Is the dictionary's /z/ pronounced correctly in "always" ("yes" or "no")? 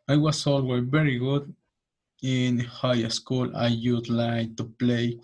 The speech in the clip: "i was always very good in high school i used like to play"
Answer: no